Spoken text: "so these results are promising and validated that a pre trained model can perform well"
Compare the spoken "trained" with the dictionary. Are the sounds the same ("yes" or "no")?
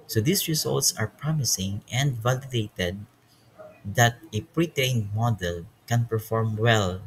no